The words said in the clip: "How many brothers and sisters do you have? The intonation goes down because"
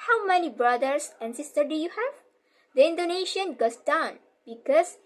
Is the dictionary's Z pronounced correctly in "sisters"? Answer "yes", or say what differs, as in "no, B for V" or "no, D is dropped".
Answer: no, Z is dropped